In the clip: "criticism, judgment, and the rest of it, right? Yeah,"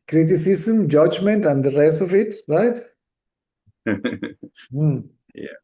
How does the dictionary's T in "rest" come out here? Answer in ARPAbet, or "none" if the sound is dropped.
none